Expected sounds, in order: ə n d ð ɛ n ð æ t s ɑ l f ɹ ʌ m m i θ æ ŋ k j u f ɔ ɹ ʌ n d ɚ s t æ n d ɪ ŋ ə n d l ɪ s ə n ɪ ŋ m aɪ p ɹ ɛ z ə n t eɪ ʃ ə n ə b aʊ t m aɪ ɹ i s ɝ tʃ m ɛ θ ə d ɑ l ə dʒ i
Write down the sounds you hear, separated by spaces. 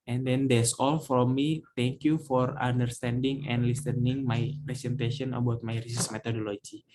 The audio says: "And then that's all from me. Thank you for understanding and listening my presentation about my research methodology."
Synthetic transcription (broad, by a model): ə n d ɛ n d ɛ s ɑ l f ɹ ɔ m m i t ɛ ŋ k j u f ɔ ɹ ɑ n d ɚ s t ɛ n d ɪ ŋ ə n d l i s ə n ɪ ŋ m aɪ p ɹ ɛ s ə n t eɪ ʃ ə n ə b aʊ t m aɪ ɹ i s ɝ s m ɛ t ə d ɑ l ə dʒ i